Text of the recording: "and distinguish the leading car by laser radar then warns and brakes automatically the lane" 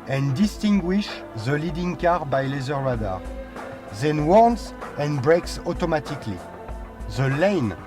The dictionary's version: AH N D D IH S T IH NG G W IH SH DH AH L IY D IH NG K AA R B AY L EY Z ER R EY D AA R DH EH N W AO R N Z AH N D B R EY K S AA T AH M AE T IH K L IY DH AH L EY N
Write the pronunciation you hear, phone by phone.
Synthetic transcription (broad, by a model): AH N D D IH S T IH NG G W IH SH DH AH L IY D IH NG K AA R B AY L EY Z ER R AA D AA R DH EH N W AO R N S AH N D B R EY K S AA T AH M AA T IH K L IY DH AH L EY N